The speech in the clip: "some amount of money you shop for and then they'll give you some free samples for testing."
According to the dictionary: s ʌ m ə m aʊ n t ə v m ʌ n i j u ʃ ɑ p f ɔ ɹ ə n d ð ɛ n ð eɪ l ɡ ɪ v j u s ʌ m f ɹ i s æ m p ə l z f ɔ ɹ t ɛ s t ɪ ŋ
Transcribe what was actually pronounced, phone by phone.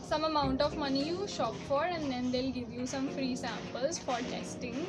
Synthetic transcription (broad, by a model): s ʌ m ə m aʊ n t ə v m ʌ n i j u ʃ ɑ p f ɔ ɹ ə n d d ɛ n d eɪ l ɡ ɪ v j u s ʌ m f ɹ i s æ m p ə l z f ɔ ɹ t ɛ s t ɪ ŋ